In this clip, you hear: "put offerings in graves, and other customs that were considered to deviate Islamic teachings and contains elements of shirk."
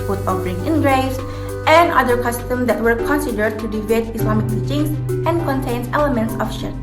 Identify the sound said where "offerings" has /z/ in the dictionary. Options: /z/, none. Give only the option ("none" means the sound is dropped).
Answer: none